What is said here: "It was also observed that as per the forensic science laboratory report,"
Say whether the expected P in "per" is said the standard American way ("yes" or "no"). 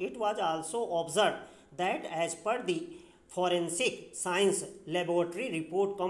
yes